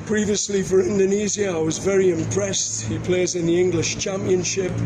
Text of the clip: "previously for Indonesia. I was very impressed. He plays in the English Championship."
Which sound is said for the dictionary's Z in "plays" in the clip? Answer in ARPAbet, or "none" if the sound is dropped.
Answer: Z